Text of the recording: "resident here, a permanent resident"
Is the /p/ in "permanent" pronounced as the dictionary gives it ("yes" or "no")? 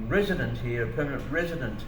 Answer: yes